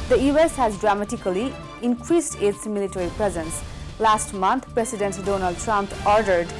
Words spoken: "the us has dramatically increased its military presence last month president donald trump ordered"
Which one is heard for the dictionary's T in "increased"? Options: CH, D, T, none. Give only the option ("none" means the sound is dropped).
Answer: T